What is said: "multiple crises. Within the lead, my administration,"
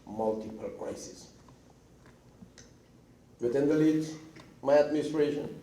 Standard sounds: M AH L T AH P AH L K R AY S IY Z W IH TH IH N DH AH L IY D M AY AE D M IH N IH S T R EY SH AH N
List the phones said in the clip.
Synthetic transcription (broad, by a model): M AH L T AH P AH L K R AY S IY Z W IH T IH N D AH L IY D M AY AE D M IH N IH S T R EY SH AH N